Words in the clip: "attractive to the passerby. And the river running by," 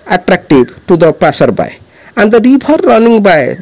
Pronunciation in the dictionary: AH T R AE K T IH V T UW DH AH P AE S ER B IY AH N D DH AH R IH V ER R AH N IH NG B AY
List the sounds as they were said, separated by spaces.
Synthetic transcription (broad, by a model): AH T R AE K T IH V T UW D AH P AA S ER B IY AH N D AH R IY P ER R AH N IH NG B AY